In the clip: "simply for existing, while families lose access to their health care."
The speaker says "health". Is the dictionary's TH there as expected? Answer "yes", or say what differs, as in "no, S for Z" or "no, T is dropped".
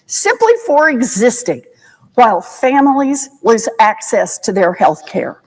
yes